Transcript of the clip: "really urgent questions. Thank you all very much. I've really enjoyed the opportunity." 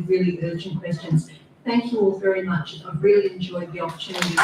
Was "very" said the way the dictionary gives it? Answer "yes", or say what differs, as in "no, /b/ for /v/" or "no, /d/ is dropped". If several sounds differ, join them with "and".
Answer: yes